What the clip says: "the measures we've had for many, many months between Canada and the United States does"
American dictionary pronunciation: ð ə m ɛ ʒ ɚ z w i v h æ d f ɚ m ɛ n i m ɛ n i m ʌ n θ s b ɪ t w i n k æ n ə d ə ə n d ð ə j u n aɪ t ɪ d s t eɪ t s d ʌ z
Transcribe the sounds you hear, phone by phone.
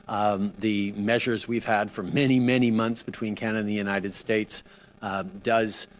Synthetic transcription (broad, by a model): ð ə m ɛ ʒ ɚ z w i v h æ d f ɚ m ɛ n i m ɛ n i m ʌ n θ s b ɪ t w i n k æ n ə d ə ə n ð ə j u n aɪ t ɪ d s t eɪ t s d ʌ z